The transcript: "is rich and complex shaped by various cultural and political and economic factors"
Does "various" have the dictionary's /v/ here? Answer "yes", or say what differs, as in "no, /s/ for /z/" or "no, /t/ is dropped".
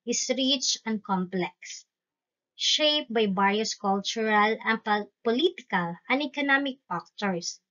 no, /b/ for /v/